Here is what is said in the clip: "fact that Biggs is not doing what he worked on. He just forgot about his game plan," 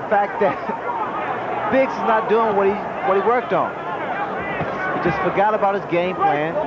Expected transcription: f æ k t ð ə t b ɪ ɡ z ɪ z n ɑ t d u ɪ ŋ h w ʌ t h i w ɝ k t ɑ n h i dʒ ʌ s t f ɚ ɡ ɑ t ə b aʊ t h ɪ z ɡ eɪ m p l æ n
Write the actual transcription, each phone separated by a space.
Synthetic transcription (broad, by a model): f æ k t ð ə t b ɪ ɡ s ɪ z n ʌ t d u ɪ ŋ h w ʌ t h i w ɝ k t n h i dʒ ʌ s t f ɚ ɡ ɑ t ə b aʊ t h ɪ z ɡ eɪ m p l æ n